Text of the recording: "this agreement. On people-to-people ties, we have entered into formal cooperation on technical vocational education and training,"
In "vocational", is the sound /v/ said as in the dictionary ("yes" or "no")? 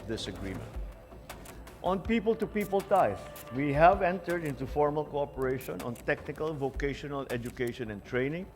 yes